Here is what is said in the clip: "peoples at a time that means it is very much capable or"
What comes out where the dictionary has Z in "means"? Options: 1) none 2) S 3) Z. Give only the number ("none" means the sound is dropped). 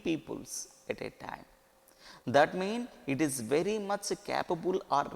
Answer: 1